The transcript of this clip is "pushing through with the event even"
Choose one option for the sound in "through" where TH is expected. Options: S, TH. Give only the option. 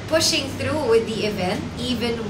S